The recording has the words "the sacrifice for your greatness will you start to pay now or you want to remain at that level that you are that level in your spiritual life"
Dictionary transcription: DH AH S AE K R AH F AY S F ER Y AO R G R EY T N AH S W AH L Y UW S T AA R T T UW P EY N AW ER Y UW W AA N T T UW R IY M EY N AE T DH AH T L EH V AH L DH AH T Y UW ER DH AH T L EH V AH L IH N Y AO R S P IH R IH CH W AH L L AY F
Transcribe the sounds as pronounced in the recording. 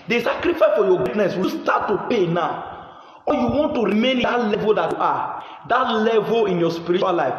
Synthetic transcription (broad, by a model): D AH S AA K R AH F AY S F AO Y AO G IY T N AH S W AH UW S T AA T T UW P EY N AW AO Y UW W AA N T T UW R IY M EY N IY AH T L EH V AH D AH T Y UW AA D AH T L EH V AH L IH N Y AO S P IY R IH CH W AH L L AY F